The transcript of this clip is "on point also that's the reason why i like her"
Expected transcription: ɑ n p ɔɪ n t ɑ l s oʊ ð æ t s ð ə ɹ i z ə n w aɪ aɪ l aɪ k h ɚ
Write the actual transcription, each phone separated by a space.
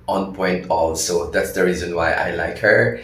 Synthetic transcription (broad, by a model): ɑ n p ɔɪ n t ɑ l s oʊ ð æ t s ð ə ɹ i z ə n w aɪ aɪ l aɪ k h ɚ